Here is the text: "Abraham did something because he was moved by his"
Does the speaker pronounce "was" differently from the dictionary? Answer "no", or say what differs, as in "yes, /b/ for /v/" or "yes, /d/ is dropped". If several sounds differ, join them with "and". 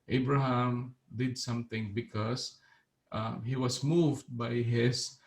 yes, /s/ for /z/